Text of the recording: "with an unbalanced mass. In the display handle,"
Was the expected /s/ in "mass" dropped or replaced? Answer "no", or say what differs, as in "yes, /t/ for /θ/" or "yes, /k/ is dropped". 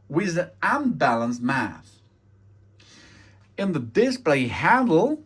yes, /θ/ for /s/